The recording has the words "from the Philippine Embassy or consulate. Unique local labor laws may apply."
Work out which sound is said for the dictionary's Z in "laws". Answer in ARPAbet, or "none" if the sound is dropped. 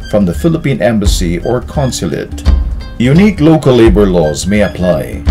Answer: Z